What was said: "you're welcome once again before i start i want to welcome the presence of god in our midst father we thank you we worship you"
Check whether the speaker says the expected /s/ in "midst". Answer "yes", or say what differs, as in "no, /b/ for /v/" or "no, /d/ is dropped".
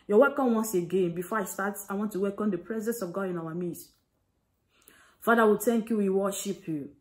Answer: no, /s/ is dropped